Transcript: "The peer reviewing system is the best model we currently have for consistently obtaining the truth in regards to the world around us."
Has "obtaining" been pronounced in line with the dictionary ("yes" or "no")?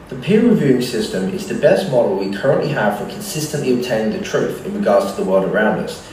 yes